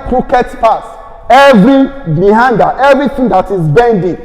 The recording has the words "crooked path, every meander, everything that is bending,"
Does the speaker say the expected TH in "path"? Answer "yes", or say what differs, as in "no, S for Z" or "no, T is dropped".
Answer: no, S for TH